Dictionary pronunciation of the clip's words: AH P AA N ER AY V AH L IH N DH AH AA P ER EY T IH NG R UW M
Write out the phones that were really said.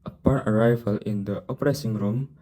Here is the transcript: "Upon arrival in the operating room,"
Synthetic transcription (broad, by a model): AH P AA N ER AY V AH L IH N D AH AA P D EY S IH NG R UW M